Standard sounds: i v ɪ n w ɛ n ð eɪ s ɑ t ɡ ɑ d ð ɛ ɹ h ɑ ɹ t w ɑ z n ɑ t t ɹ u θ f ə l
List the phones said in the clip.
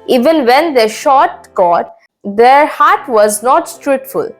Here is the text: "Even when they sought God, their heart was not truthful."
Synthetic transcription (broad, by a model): i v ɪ n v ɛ n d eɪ ʃ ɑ t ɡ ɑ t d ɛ ɹ h ɑ ɹ t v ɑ z n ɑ t t ɹ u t f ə l